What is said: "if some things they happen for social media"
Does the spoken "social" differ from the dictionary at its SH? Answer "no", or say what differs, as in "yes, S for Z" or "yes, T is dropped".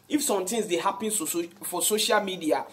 no